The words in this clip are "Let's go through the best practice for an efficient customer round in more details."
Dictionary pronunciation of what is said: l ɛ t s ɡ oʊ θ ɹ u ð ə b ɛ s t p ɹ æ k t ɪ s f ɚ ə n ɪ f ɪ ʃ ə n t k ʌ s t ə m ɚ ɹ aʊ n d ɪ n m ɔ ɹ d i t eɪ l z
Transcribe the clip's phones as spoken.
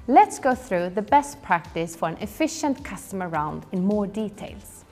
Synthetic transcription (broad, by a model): l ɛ t s ɡ oʊ θ ɹ u ð ə b ɛ s t p ɹ æ k t ɪ s f ɚ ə n ɪ f ɪ ʃ ə n t k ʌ s t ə m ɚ ɹ aʊ n d ɪ n m ɔ ɹ d i t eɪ l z